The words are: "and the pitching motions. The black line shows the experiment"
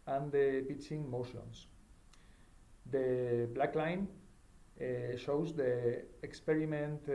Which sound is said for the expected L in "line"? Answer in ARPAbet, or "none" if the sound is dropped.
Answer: L